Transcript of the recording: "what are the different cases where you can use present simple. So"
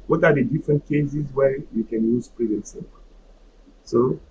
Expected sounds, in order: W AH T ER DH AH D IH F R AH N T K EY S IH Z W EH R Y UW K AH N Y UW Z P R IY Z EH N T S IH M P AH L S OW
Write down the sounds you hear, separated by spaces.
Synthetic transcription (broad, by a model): W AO T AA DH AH D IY F R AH N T K EY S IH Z W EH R Y UW K AH N Y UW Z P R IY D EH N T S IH P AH S OW